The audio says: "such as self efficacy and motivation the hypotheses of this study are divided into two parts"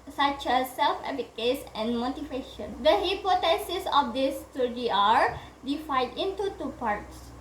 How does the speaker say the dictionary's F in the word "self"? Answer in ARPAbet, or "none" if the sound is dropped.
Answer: F